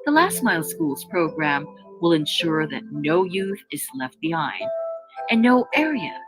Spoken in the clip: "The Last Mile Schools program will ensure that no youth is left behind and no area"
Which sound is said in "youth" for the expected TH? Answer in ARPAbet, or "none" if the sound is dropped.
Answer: TH